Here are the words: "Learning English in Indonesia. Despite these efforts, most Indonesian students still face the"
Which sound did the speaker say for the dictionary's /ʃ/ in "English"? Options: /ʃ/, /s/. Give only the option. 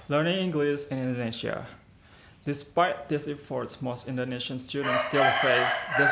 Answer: /s/